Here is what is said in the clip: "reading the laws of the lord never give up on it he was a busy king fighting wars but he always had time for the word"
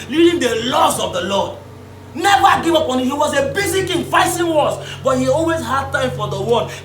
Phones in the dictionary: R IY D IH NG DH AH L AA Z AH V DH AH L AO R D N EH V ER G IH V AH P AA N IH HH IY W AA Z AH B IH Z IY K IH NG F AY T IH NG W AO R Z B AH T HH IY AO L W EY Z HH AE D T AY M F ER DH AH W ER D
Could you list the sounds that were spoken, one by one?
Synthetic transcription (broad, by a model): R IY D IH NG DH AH L AA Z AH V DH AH L AO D N EH V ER G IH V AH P AA N IH HH IY W AA Z AH B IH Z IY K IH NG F AY S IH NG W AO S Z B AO T HH IY AO L W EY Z HH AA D T AY M F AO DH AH W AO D